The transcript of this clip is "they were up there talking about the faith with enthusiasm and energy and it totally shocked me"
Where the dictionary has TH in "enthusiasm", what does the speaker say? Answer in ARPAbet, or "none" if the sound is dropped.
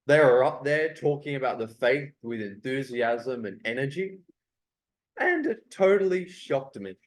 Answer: TH